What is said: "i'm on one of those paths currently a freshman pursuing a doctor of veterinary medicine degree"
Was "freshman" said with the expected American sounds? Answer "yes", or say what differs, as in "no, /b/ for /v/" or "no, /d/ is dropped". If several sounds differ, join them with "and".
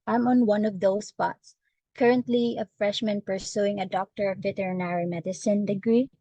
yes